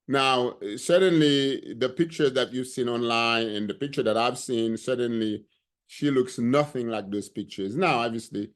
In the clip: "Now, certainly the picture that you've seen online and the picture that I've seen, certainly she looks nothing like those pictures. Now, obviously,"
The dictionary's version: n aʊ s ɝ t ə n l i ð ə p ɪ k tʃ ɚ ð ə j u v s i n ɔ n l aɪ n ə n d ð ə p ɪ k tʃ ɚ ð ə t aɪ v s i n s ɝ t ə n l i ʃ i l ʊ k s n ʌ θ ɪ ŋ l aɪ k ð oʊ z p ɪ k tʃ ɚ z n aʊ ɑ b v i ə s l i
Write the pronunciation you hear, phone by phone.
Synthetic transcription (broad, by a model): n aʊ s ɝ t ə n l i ð ə p ɪ k tʃ ɚ ð ə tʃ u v s i n ɔ n l aɪ n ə n ð ə p ɪ k tʃ ɚ ð ə t aɪ v s i n s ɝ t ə n l i ʃ i l ʊ k s n ʌ θ ɪ ŋ l aɪ k ð oʊ z p ɪ k tʃ ɚ z n aʊ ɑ b v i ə s l i